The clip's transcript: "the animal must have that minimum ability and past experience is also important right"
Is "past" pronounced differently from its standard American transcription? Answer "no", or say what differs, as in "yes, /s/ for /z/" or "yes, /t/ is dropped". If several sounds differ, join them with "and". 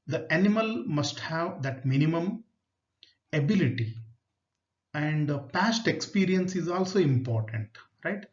no